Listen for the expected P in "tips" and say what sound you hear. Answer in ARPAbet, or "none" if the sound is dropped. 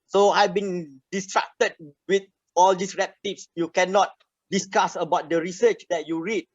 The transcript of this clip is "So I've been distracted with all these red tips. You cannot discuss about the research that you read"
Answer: F